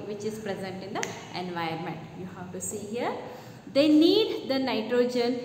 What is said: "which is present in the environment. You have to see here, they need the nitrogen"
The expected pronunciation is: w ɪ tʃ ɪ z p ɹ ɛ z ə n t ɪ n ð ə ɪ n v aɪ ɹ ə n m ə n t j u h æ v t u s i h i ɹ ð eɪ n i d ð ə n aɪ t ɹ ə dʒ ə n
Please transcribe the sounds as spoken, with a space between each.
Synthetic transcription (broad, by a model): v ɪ tʃ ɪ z p ɹ ɛ z ə n t ɪ n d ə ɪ n v aɪ ə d m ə n t j u h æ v t u s i h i ɹ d eɪ n i d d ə n aɪ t ɹ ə dʒ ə n